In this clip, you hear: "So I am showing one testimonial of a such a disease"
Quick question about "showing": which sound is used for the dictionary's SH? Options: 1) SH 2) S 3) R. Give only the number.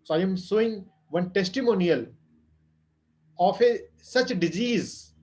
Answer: 2